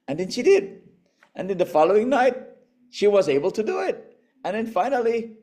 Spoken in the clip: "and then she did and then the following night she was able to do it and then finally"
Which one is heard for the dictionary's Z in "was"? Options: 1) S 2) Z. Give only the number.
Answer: 2